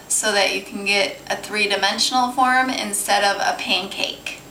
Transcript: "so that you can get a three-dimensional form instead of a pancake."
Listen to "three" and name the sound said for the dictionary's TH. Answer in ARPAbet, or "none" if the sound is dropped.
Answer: TH